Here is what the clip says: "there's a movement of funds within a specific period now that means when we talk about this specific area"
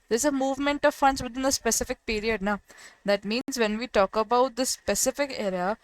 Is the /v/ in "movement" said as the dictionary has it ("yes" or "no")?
yes